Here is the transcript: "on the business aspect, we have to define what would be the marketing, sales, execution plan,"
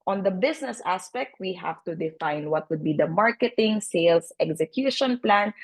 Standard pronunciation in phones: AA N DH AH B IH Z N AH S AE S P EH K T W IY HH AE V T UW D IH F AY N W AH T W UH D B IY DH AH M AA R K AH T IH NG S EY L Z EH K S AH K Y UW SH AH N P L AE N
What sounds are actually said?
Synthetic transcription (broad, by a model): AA N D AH B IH S N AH S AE S P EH K T W IY HH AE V T UW D IH F AY N W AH T W UH D B IY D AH M AA R K AH T IH NG S EY L S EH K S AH K Y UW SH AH N P L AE N